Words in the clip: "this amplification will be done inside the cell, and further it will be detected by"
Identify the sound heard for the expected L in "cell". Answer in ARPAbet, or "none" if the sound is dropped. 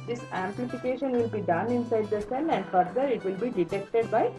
N